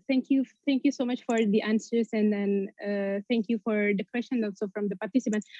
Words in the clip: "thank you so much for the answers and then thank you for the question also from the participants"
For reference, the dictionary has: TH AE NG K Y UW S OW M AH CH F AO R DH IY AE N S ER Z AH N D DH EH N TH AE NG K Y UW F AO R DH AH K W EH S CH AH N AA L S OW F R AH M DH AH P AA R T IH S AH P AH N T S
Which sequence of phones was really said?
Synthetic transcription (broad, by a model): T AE NG K Y UW S OW M AH CH F AO R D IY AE N S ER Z AH N D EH N T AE NG K Y UW F AO R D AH K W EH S SH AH N AA L S OW F R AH M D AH P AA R T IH S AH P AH N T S